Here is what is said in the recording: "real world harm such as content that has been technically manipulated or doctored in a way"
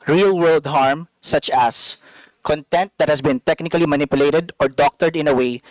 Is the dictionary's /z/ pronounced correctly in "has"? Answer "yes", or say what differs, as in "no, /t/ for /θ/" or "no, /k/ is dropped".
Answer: no, /s/ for /z/